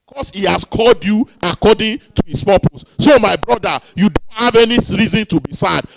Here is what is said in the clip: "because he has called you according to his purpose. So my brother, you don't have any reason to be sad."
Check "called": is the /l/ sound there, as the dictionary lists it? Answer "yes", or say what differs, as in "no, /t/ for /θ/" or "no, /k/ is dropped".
yes